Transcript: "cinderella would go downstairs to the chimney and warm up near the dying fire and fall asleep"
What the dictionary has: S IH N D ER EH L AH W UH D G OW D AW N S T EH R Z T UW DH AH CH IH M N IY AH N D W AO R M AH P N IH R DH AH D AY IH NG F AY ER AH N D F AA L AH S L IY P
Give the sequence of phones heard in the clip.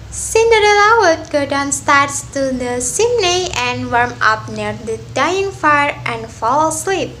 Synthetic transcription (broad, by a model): S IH N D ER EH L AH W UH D G OW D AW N S T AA R S T UW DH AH S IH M N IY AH N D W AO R M AH P N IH R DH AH D AY IH NG F AY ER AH N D F AA L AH S L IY P